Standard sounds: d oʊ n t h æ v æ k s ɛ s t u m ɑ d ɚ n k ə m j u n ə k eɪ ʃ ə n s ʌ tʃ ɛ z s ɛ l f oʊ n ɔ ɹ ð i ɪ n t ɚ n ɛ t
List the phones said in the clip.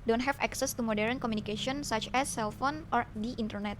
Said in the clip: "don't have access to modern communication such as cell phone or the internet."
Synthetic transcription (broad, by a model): d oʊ n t h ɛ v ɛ k s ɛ s t u m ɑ d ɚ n k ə m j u n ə k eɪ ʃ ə n s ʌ tʃ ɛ s ɛ l f oʊ n ɔ ɹ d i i n t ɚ n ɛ t